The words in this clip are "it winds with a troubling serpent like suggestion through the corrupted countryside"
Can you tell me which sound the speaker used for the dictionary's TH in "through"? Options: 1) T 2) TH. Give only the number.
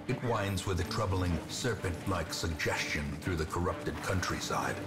2